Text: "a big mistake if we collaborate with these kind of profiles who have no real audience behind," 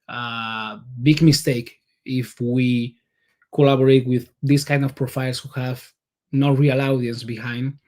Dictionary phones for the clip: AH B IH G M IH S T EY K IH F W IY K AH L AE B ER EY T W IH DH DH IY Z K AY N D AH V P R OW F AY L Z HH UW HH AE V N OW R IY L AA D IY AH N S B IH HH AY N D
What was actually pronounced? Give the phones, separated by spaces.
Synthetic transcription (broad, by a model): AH B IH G M IH S T EY K IH F W IY K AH L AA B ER EY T W IH DH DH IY S K AY N D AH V P R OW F AY L S HH UW HH AE V N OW R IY L AA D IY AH N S B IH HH AY N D